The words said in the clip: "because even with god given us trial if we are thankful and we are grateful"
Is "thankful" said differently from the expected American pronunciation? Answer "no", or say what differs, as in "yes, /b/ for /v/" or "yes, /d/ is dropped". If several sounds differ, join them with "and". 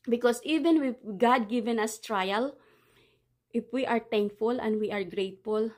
yes, /t/ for /θ/